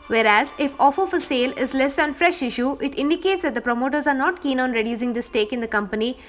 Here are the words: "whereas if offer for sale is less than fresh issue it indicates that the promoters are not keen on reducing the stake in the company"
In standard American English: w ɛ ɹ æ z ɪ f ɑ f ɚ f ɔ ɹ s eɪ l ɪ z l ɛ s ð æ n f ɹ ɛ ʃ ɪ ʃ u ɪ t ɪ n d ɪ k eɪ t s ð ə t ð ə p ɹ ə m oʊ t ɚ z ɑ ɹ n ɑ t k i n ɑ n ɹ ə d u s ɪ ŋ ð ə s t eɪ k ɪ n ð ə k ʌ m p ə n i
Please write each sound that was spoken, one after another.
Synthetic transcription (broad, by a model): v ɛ ɹ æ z ɪ f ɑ f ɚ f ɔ l s eɪ l ɪ z l ɛ s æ n f ɹ ɛ ʃ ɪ ʃ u ɪ t ɪ n d ɪ k eɪ t s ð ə t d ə p ɹ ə m oʊ t ɚ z ɑ ɹ n ɑ t k i n ɑ n ɹ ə d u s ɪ ŋ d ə s t eɪ k ɪ n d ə k ʌ m p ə n i